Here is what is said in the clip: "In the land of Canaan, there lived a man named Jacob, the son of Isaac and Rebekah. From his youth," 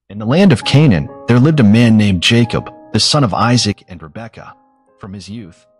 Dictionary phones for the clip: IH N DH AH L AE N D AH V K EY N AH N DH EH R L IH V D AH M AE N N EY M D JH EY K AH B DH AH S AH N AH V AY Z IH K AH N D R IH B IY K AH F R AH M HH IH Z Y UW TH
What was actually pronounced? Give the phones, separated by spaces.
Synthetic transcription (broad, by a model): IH N DH AH L AE N D AH V K EY N AH N DH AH R L IH V D AH M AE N N EY M JH EY K AH B DH AH S AH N AH V AY Z IH K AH N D R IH B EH K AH F R AH M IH Z Y UW TH